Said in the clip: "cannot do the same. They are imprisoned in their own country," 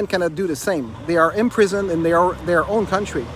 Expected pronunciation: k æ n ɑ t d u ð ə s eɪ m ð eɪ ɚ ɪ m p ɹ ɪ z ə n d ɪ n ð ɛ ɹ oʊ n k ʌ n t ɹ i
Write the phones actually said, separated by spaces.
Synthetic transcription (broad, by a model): k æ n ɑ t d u ð ə s eɪ m ð eɪ ɚ ɪ m p ɹ ɪ z ə n d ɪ n ð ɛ ɹ oʊ n k ʌ n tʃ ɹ i